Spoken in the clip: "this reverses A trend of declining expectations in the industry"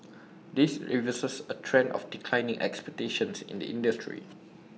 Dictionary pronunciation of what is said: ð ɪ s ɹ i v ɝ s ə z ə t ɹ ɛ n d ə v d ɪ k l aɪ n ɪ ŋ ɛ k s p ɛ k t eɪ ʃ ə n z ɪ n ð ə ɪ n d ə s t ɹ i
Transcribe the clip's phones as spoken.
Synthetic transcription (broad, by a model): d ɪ s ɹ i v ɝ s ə s ə t ɹ ɛ n d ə f d ɪ k l aɪ n ɪ ŋ ɛ k s p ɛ k t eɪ ʃ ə n s ɪ n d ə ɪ n d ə s t ɹ i